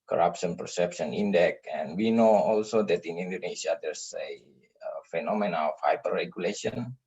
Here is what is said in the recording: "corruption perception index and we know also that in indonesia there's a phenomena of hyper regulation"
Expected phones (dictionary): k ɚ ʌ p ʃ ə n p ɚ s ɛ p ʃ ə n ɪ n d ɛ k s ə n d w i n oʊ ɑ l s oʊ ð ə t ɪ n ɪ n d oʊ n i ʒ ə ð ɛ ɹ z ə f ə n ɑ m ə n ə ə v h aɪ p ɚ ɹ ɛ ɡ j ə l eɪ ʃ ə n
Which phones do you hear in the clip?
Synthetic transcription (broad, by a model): k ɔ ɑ p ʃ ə n p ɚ s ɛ p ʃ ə n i n d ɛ k ə n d w i n oʊ ɑ l s oʊ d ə t ɪ n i n d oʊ n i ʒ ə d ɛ ɹ s ə f ə n ɑ m ə n ə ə f h aɪ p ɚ ɹ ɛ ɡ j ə l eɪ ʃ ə n